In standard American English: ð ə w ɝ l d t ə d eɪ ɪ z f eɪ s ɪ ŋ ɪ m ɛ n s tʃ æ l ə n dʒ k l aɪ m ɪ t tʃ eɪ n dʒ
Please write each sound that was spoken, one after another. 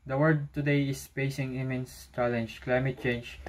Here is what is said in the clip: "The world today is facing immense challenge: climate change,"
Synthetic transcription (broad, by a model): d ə w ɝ d t ə d eɪ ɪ s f eɪ s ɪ ŋ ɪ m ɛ n s tʃ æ l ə n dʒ k l aɪ m ɪ t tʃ eɪ n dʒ